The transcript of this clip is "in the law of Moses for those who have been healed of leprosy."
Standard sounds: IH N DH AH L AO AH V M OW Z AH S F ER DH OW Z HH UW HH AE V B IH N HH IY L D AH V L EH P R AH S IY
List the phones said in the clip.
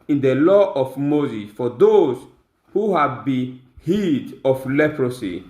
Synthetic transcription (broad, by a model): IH N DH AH L AO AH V M OW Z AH S F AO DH OW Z HH UW HH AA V B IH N HH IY D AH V L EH P R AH S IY